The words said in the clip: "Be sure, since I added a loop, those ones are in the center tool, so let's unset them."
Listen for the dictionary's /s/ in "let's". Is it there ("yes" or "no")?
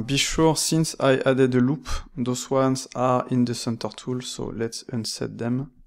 yes